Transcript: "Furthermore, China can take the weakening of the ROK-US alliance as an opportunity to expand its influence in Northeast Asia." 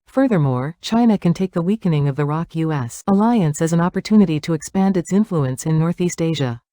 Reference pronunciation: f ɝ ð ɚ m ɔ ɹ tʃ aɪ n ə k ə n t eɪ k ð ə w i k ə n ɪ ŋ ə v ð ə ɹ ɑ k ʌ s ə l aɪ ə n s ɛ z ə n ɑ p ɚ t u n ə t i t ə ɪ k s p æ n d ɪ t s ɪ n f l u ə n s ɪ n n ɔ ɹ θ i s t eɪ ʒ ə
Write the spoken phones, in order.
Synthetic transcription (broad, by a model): f ɝ ð ɚ m ɔ ɹ tʃ aɪ n ə k ə n t eɪ k ð ə w i k ə n ɪ ŋ ə v ð ə ɹ ɑ k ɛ s ə l aɪ ə n s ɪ z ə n ɑ p ɚ t u n ə t i t ə ɪ k s p æ n d ɪ t s ɪ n f l u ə n s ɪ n n ɔ ɹ θ i s t eɪ ʒ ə